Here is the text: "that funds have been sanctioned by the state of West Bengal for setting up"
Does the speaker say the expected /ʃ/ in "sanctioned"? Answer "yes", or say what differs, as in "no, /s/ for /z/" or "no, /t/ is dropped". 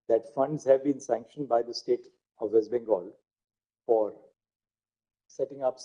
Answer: yes